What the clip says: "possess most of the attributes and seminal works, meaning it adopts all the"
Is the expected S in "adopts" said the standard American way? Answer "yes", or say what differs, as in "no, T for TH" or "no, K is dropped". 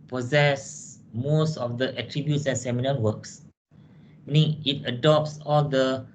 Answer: yes